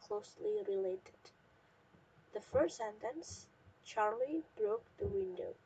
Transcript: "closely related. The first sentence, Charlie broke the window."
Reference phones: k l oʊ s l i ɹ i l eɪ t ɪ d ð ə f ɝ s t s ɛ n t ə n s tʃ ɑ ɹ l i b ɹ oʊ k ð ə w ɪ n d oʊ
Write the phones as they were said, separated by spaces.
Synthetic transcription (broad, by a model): k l oʊ s l i ɹ i l eɪ t ɪ d ð ə f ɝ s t s ɛ n t ə n s tʃ ɑ ɹ l i b ɹ oʊ k ð ə w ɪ n d oʊ